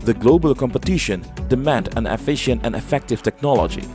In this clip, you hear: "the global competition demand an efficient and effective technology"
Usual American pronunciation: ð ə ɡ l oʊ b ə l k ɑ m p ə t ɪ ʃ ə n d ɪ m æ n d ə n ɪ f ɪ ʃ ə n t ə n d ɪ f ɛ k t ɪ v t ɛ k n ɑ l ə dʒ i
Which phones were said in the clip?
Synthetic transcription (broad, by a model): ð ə ɡ l oʊ b ə l k ɑ m p ə t ɪ ʃ ə n d ɪ m æ n d ə n ɪ f ɪ ʃ ə n t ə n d ɪ f ɛ k t ɪ v t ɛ k n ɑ l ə dʒ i